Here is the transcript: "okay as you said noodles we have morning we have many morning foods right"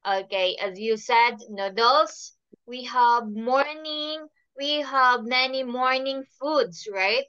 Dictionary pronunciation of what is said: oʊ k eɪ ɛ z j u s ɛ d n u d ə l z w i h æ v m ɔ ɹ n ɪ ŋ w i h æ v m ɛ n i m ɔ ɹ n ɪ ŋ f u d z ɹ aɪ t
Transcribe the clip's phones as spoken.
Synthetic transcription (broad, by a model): oʊ k eɪ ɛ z j u s ɛ d n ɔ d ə l s w i h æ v m ɔ ɹ n ɪ ŋ w i h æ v m ɛ n i m ɔ ɹ n ɪ ŋ f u d s ɹ aɪ t